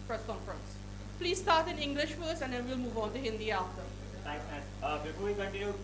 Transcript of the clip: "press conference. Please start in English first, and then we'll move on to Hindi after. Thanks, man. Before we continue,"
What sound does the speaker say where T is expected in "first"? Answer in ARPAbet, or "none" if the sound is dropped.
none